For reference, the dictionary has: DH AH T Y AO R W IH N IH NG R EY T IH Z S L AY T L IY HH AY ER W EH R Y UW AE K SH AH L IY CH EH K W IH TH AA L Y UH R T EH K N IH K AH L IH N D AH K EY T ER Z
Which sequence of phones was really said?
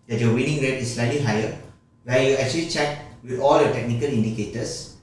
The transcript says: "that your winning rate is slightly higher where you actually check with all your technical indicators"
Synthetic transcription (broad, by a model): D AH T Y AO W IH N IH NG R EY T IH S L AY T L IY HH AY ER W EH L Y UW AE K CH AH L IY CH EH K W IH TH AA L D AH T EH K N IH K AH L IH N D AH K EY T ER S